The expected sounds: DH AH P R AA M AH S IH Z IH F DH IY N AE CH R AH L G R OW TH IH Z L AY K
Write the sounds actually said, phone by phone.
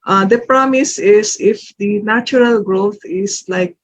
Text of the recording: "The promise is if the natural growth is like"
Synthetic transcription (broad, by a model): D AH P R AA M AH S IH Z IH F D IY N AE CH R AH L G R OW T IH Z L AY K